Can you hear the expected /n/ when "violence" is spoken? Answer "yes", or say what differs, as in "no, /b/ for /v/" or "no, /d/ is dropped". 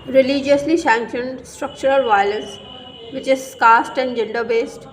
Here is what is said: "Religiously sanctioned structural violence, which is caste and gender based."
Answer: no, /n/ is dropped